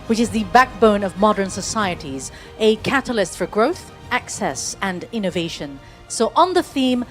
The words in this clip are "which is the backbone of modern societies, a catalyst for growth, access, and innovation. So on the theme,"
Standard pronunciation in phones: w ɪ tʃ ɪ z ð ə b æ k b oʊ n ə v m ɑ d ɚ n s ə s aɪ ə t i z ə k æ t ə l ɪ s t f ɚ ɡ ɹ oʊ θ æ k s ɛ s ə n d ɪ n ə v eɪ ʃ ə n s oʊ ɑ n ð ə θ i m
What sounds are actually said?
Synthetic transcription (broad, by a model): w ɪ tʃ ɪ z ð ə b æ k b oʊ n ə v m ɑ d ɚ n s ə s aɪ ə t i z ə k æ t ə l ɪ s t f ɚ ɡ ɹ oʊ θ æ k s ɛ s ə n ɪ n ə v eɪ ʃ ə n s oʊ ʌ n ð ə θ i m